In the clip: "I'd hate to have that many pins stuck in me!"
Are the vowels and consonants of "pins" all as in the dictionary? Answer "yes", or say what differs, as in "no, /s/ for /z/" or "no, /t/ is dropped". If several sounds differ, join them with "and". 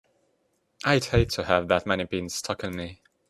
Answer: no, /b/ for /p/